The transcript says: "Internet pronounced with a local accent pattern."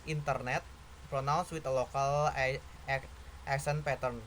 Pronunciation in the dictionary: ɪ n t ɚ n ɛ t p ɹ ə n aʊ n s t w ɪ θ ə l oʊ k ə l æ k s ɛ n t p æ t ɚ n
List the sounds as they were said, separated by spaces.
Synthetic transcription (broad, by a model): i n t ɚ n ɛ t b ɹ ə n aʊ l s w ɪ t l oʊ k ə l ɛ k s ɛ n p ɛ t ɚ n